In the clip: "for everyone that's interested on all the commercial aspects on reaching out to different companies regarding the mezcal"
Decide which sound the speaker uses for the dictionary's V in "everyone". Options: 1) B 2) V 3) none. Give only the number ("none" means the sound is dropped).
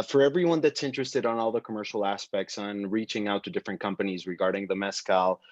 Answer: 2